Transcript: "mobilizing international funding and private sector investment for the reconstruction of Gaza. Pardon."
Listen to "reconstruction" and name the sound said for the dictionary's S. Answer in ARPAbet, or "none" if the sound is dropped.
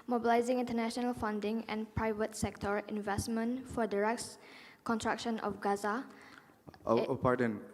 none